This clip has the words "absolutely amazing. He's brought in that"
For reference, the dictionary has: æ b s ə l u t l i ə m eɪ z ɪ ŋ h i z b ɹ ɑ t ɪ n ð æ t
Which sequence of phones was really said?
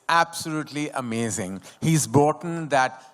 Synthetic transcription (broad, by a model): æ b s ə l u t l i ə m eɪ z ɪ ŋ h i z b ɑ t n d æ t